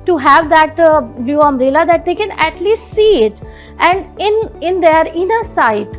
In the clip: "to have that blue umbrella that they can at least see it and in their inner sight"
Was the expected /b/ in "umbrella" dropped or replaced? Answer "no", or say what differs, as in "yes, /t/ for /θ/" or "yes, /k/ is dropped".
yes, /b/ is dropped